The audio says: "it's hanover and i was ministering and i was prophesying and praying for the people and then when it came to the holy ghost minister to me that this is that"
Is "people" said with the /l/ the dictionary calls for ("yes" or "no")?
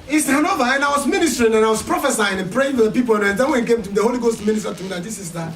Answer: no